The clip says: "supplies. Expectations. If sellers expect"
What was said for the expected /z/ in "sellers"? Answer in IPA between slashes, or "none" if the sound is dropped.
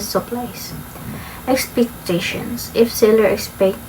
none